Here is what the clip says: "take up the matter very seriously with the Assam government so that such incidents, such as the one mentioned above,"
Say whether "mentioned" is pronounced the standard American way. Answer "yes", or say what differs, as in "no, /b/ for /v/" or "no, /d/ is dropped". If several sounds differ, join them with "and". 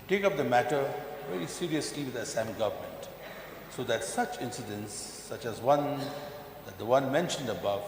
yes